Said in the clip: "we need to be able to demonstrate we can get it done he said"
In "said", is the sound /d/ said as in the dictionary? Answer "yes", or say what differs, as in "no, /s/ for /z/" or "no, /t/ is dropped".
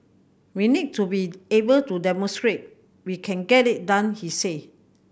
no, /d/ is dropped